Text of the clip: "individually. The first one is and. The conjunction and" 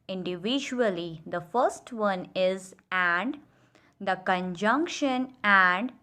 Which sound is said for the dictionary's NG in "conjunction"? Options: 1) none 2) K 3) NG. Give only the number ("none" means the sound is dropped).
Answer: 3